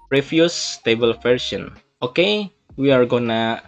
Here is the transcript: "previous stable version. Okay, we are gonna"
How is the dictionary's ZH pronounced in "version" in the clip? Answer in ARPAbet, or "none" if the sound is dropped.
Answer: S